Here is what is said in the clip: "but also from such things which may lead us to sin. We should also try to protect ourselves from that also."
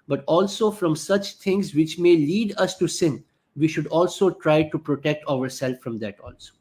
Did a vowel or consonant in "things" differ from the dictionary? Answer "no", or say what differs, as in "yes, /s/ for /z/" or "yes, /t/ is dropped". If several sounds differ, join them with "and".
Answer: yes, /t/ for /θ/